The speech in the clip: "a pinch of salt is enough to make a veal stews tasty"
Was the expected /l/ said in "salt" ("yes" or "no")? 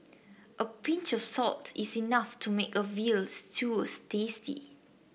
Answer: yes